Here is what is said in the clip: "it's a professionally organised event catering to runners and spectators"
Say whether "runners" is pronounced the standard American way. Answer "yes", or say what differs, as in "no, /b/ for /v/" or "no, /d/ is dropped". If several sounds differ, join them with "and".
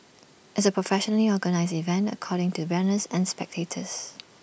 no, /w/ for /ɹ/